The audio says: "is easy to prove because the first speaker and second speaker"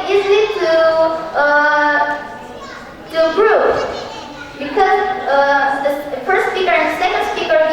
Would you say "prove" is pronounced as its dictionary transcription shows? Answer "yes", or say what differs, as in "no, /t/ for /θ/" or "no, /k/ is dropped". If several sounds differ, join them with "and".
no, /b/ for /p/